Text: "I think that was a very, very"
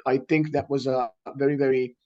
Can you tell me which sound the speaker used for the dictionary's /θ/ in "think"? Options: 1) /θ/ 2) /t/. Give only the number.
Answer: 1